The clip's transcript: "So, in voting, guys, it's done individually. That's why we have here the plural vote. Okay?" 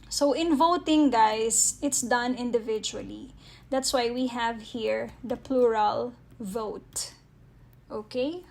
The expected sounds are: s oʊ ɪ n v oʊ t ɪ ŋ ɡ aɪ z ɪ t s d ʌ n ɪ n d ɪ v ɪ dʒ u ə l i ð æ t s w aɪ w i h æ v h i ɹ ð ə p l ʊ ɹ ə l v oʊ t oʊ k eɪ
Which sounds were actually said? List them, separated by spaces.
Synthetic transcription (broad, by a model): s oʊ ɪ n v oʊ t ɪ ŋ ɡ aɪ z ɪ t s d ʌ n ɪ n d ɪ v ɪ dʒ u ə l i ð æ t s w aɪ w i h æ v h i ɹ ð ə p l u ɹ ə l v oʊ t oʊ k eɪ